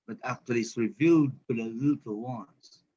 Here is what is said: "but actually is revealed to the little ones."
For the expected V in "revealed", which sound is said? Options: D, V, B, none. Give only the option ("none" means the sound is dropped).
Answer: V